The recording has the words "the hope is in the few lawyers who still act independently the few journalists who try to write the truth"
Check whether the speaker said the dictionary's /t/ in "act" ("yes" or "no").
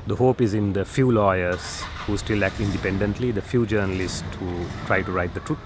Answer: no